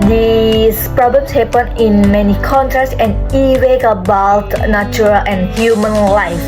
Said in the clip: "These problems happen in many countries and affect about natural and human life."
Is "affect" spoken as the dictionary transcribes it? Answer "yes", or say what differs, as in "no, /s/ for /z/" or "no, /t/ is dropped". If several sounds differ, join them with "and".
no, /t/ is dropped